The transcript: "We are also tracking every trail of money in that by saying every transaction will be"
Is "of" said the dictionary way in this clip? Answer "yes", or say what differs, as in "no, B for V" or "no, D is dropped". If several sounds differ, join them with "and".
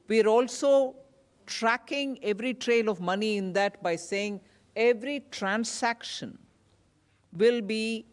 yes